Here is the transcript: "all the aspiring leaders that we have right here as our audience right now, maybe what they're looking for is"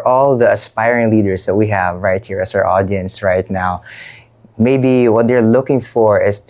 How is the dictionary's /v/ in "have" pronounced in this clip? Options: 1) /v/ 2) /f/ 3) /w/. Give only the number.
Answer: 1